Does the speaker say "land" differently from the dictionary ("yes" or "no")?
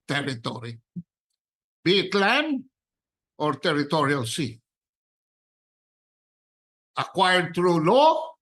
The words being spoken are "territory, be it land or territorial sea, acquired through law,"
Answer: yes